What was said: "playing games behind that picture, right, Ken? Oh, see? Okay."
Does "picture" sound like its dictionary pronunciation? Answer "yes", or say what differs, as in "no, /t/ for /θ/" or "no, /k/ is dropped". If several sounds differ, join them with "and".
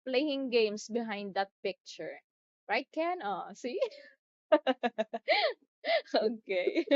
yes